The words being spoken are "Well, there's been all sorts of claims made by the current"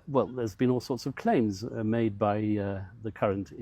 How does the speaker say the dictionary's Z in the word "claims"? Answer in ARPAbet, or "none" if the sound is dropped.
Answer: Z